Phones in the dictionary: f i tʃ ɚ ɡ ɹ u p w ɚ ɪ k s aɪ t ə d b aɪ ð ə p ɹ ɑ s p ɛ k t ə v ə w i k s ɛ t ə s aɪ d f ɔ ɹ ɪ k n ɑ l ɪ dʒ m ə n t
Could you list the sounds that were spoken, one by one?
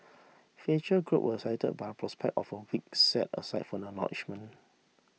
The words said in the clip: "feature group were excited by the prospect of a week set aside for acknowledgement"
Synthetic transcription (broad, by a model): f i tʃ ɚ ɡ ɹ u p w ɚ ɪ s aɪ t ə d b aɪ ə p ɹ ɑ s p ɛ k t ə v ə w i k s ɛ t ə s aɪ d f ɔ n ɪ n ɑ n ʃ m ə n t